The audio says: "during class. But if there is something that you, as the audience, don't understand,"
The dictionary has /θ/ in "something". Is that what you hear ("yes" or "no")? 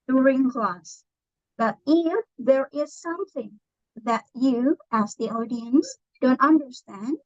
yes